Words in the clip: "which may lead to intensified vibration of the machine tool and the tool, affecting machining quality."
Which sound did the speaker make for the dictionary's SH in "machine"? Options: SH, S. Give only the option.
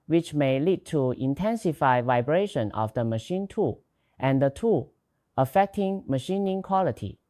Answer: SH